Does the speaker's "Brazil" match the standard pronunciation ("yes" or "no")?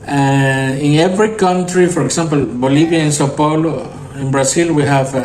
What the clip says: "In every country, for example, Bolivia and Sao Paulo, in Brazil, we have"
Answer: no